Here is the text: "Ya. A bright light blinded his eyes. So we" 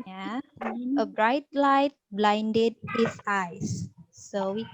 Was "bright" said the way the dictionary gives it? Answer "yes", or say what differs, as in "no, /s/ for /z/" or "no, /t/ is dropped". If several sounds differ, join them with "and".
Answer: yes